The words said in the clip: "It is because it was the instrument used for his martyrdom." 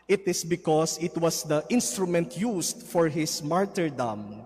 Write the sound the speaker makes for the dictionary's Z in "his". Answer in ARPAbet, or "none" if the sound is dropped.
S